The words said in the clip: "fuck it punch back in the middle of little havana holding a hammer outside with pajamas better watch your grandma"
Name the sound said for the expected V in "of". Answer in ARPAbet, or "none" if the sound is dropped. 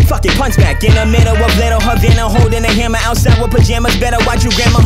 B